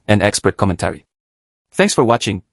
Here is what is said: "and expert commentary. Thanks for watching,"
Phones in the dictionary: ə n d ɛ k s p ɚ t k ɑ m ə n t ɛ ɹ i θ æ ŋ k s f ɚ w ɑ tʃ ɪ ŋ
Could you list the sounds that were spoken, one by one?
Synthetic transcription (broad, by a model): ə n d ɛ k s p ɚ t k ɑ m ə n t ɛ ɹ i θ æ ŋ k s f ɚ w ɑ tʃ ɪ ŋ